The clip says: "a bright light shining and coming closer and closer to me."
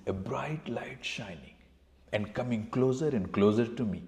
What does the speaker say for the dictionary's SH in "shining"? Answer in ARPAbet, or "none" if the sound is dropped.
SH